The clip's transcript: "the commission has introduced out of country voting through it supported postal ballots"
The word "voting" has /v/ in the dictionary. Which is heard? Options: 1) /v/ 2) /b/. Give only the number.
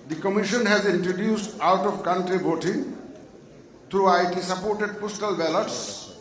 2